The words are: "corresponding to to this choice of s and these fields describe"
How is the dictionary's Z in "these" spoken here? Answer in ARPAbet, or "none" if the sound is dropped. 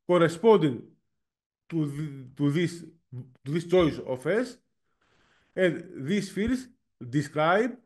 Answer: S